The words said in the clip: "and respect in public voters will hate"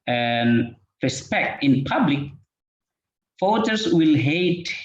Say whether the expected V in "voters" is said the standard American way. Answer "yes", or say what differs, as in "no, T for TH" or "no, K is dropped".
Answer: no, F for V